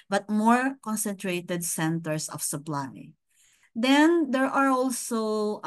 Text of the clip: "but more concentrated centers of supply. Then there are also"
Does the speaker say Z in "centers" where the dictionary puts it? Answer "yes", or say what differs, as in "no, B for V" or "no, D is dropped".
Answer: no, S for Z